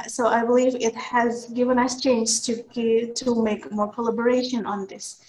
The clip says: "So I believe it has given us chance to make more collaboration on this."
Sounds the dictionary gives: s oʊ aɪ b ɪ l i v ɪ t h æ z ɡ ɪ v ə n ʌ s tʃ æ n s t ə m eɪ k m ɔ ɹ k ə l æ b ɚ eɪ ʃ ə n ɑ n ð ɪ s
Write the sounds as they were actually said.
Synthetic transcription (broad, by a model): s oʊ aɪ b ɪ l i v ɪ t h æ z ɡ ɪ v ə n ʌ s tʃ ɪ n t t ə m eɪ k m ɔ ɹ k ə l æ b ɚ eɪ ʃ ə n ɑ n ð ɪ s